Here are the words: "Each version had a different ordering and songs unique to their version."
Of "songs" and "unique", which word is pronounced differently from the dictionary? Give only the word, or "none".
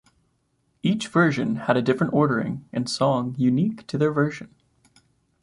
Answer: songs